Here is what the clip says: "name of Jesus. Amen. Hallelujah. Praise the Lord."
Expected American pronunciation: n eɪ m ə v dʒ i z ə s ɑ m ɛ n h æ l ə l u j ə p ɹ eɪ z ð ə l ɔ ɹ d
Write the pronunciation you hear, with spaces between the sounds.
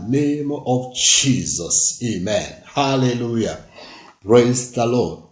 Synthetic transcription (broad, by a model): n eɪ m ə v dʒ i z ə s ɑ m ɛ n h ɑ l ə l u j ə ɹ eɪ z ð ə l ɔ